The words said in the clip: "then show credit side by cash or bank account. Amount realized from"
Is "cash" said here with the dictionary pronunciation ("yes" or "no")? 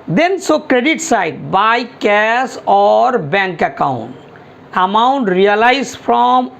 no